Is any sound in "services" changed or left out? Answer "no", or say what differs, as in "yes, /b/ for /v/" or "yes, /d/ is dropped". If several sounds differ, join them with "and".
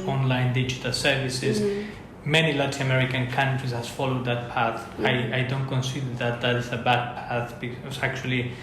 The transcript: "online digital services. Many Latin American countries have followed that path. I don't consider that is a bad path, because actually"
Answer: no